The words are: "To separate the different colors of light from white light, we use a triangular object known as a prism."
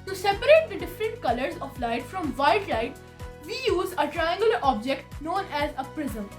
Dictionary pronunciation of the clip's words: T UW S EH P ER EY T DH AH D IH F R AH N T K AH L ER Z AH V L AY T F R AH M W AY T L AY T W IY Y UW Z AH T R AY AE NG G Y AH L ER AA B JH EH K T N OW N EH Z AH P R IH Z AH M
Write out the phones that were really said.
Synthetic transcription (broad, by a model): T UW S EH P ER EY T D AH D IH F R AH N T K AH L ER Z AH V L AY T F R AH M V AY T L AY T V IY Y UW Z AH T R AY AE NG G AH L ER AA B JH EH K T N OW N EH Z AH P R IH Z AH M